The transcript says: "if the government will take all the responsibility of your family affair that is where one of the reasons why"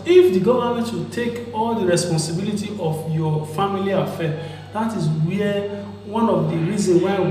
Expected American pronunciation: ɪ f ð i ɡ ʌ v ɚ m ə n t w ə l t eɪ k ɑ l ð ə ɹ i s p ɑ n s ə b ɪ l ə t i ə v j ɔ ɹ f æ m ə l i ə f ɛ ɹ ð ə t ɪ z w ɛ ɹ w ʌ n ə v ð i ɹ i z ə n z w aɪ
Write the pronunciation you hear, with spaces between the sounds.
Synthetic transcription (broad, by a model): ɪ f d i ɡ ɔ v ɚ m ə t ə t eɪ k ɑ l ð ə ɹ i s p ɑ n s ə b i l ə t i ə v j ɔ f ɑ m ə l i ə f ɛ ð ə t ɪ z w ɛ w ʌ n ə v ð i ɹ i z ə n w aɪ